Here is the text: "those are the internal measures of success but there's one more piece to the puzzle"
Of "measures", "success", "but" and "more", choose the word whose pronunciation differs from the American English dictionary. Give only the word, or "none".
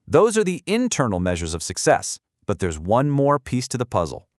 none